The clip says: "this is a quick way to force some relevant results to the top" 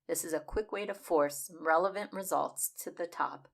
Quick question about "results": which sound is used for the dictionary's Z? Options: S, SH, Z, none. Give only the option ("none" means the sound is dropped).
Z